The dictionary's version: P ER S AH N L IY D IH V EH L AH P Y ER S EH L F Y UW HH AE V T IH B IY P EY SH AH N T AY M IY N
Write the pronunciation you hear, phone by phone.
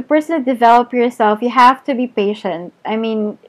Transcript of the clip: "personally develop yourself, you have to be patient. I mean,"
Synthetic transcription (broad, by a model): P ER S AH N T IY D IH V EH L AH P Y ER S EH L F Y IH HH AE F T IH B IY P EY SH AH N T AY M IY N